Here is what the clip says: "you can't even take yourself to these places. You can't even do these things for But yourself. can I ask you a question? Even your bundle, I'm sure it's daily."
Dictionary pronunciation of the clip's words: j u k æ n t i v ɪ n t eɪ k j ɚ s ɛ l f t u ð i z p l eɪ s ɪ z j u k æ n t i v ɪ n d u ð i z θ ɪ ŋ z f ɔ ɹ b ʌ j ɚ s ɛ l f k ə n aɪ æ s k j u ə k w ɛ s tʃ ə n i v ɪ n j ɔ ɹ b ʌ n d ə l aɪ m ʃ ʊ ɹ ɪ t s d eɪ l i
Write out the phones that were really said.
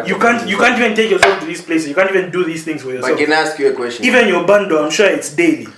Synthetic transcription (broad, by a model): j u k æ n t i v ɪ n t eɪ k j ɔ s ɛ l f t u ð i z p l eɪ s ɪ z j u k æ n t i v ɪ n d u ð i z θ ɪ ŋ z f ɔ ɹ j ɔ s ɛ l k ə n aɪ s k j u ə k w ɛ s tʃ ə i v ɪ n j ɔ b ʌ n d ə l aɪ m ʃ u ɪ t s d eɪ l i